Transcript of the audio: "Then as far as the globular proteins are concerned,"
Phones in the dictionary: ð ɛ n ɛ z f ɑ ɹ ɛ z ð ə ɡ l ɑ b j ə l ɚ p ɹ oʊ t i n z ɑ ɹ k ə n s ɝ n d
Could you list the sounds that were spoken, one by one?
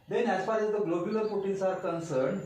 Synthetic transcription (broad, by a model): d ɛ n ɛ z f ɑ ɹ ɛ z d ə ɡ l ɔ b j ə l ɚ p oʊ t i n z ɑ ɹ k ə n s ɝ n d